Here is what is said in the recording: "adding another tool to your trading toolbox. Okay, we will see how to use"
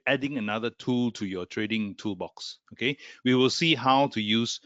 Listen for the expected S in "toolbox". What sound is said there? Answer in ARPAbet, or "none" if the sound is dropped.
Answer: S